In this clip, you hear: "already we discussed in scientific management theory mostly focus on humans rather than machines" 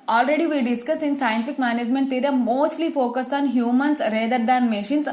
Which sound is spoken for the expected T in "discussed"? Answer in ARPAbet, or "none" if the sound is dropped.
none